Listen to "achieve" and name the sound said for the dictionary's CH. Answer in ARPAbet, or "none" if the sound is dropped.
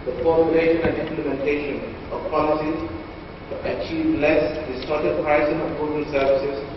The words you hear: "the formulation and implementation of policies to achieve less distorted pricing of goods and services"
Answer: CH